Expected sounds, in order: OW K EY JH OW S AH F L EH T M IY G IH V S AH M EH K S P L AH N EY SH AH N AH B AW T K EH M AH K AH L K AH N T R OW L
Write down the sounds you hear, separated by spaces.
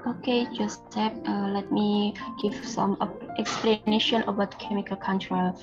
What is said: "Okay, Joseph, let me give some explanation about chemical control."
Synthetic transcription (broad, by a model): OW K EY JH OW S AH P L EH T M IY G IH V S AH M EH K S P L AH N EY SH AH N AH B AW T K EH M AH K AH L K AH N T R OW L